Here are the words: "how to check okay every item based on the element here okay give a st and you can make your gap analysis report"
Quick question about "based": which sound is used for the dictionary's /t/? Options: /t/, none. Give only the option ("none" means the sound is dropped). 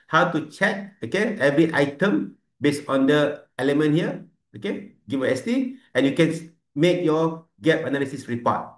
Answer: none